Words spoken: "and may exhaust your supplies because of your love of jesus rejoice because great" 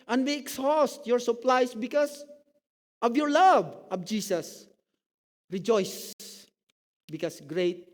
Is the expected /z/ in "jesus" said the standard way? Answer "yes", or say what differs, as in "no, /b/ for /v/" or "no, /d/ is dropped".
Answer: no, /s/ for /z/